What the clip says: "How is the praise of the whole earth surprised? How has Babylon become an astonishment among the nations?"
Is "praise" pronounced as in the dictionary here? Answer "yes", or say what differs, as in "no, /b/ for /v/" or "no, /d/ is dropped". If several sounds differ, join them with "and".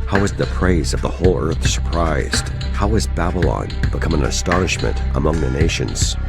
yes